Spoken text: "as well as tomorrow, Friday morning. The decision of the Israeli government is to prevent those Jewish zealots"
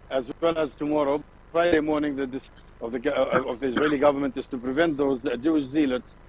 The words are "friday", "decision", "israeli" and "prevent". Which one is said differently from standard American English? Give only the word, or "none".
decision